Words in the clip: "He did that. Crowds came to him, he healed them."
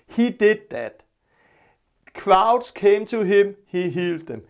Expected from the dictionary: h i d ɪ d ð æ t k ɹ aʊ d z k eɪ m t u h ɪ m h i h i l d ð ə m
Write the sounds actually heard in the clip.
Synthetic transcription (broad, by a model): h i d ɪ d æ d k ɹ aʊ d s k eɪ m s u h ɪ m h i h i l d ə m